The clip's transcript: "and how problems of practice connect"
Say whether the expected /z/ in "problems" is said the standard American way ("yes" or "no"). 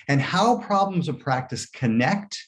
yes